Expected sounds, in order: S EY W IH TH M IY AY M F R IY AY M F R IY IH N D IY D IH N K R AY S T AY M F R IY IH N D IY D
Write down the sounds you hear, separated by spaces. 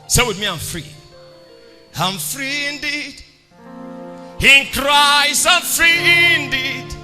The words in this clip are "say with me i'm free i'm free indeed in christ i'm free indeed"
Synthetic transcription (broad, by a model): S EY W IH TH M IY AY M F R IY AY M F R IY IH N D IY D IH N K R AY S AY M F R IY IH N D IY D